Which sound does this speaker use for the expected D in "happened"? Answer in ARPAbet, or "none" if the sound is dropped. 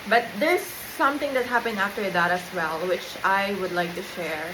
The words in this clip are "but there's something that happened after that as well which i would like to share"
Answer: none